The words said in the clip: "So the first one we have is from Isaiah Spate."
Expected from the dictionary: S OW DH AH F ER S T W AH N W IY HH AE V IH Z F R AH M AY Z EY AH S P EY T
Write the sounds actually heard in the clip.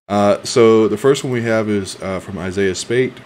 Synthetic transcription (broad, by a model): S OW DH AH F ER S T W AH N W IY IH V IH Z F R AH M AY Z EY AH S P EY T